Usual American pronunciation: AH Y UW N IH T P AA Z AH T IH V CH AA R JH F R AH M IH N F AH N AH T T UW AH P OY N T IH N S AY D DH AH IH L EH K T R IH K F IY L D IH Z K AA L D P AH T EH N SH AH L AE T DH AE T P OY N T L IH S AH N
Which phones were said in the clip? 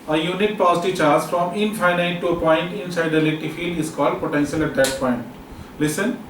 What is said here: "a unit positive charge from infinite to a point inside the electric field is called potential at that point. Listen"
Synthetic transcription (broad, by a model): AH Y UW N IH T P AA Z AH T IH CH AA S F R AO M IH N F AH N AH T T UW AH P OY N T IH N S AY D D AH L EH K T IH F IY L D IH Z K AA L D P AH T EH N SH AH L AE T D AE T P OY N T L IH S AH N